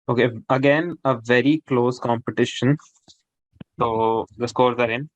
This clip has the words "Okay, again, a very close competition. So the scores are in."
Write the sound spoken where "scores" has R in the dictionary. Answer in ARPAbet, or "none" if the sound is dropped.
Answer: R